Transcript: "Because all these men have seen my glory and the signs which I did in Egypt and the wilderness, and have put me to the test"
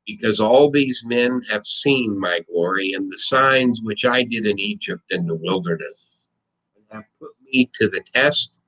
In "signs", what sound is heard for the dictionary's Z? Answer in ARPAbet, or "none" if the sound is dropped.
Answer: Z